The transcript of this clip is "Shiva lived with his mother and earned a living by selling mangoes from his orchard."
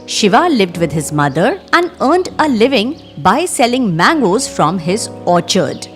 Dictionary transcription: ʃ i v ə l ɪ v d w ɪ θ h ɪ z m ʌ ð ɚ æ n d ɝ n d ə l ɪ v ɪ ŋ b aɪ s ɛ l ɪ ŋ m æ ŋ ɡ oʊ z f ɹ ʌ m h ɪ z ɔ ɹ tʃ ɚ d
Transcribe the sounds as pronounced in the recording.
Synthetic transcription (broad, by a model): ʃ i v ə l ɪ v d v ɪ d h ɪ z m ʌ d ɚ æ n d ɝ n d ə l ɪ v ɪ ŋ b aɪ s ɛ l ɪ ŋ m æ ŋ ɡ oʊ z f ɹ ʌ m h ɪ z ɔ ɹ tʃ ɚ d